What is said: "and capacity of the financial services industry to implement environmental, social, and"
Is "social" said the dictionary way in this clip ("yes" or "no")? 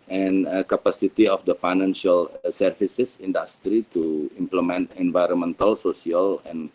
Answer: no